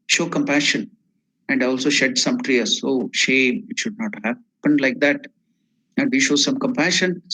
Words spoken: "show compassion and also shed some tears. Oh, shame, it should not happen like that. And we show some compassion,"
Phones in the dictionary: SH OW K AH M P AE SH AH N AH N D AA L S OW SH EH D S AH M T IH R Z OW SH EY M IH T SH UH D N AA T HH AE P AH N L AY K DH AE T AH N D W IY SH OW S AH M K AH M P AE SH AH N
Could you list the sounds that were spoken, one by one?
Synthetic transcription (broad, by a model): SH OW K AH M P AE SH AH N AH N D AA L S OW SH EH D S AH M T R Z OW SH EY M IH T SH UH D N AA T HH AE P AH N L AY K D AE T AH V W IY SH OW S AH M K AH M P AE SH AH N